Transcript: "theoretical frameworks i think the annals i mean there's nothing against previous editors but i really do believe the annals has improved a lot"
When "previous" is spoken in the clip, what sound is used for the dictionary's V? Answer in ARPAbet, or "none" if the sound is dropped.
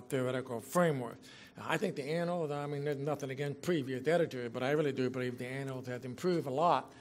V